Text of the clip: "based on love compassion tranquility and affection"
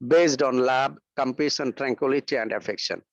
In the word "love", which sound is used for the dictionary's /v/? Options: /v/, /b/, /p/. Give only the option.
/b/